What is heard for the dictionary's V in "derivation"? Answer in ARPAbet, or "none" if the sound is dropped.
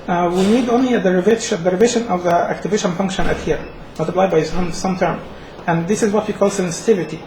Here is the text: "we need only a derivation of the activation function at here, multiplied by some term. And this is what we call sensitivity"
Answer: V